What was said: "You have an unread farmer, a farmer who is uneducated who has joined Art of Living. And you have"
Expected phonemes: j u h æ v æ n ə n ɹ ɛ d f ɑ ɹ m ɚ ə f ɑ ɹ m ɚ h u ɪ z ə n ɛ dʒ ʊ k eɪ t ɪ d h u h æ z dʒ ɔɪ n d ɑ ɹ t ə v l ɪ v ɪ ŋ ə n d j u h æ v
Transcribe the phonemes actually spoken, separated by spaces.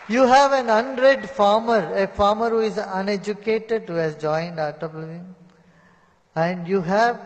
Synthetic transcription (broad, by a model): j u h æ v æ n ə n ɹ ɛ d f ɑ ɹ m ɚ ə f ɑ ɹ m ɚ h u ɪ z ə n ɛ dʒ ʊ k eɪ t ɪ d h u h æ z dʒ ɔɪ n d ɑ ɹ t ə b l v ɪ ə n d j u h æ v